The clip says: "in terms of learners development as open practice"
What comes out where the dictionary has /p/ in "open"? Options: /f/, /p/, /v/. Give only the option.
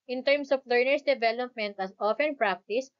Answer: /f/